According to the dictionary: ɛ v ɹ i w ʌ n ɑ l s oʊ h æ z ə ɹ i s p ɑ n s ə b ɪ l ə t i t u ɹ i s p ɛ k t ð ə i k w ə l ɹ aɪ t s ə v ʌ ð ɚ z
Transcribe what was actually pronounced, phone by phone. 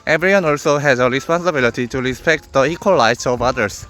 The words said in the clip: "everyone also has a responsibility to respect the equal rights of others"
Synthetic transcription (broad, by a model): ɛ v ɹ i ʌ n ɑ l s oʊ h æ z ə ɹ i s p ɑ n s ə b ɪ l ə t i t u ɹ i s p ɛ k t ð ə i k w ə l l aɪ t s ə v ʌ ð ɚ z